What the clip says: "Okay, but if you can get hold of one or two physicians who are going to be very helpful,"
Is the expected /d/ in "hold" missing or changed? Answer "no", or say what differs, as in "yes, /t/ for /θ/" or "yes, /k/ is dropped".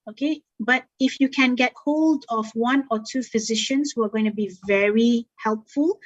no